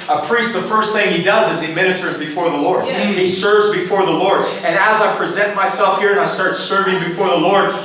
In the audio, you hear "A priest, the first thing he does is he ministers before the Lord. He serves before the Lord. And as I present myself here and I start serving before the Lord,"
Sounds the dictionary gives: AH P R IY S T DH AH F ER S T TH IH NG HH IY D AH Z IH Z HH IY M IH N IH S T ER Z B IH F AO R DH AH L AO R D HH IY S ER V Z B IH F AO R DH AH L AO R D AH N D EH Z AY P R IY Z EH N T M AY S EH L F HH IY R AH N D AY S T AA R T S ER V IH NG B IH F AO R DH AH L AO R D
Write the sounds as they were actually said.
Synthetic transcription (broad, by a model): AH P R IY S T DH AH F ER S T TH IH NG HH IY D AH Z IH Z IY M IH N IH S T ER Z B IH F AO R DH AH L AO R D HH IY S ER V Z B IH F AO R DH AH L AO R D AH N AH Z AY P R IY Z EH N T M AY S EH L F HH IY R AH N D AY S T AA R T S ER V IH NG B IH F AO R DH AH L AO R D